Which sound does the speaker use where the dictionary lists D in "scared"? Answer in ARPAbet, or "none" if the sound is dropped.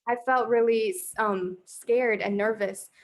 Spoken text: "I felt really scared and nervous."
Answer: D